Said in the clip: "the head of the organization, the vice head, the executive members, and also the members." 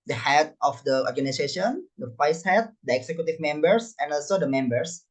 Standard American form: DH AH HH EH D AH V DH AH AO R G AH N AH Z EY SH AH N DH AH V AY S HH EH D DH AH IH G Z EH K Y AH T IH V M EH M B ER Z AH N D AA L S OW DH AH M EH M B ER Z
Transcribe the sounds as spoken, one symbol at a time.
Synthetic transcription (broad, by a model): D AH HH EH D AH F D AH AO R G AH N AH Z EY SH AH N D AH F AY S HH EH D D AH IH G S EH K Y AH T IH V M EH M B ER S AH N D AA L S OW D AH M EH M B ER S